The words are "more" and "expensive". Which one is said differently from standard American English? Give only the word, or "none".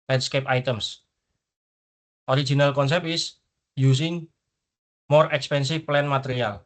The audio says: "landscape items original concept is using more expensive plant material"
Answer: expensive